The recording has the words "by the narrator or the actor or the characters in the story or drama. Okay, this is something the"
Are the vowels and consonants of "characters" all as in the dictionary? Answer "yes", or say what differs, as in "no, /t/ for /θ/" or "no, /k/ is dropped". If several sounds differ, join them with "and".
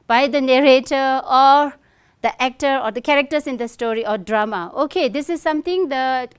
no, /s/ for /z/